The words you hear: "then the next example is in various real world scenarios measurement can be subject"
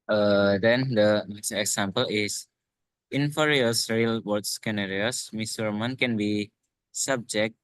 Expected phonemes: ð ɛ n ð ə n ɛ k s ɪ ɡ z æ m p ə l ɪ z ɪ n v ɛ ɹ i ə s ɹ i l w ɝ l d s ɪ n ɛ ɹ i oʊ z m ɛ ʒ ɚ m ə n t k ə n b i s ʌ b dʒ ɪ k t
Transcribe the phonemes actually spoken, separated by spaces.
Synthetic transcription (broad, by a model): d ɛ n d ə n ɛ k s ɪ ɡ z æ m p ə l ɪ s ɪ n f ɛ ɹ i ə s ɹ i l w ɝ d s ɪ n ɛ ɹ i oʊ s m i s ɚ m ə n k ə n b i s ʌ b dʒ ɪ k t